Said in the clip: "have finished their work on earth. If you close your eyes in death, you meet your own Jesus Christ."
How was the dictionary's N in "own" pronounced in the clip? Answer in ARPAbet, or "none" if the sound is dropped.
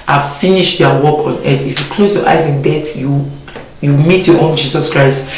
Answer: N